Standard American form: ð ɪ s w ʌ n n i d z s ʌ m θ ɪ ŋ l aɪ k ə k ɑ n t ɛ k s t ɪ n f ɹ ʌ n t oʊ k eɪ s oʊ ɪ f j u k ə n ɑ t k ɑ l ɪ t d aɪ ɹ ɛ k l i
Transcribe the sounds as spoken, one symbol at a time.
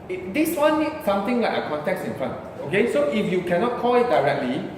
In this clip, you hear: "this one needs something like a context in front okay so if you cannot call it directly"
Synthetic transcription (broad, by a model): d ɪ s w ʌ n n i s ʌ m t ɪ ŋ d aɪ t ə k ɑ n t ɛ k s ɪ n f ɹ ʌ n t oʊ k eɪ s oʊ ɪ f j u k ə n ɑ t k ɑ l ɪ t d aɪ ɹ ɛ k l i